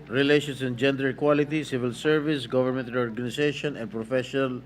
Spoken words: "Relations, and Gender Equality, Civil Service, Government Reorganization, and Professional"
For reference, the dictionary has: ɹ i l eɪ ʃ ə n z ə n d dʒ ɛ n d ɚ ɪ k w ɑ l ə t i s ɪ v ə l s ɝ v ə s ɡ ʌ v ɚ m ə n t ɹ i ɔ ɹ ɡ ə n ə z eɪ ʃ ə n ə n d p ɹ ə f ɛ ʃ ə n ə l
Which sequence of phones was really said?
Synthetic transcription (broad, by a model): ɹ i l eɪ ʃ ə n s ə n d dʒ ɛ n d ɚ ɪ k w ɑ l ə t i s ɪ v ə l s ɝ v ə s ɡ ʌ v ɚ m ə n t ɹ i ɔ ɹ ɡ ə n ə s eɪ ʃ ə n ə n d p ɹ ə f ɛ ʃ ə n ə l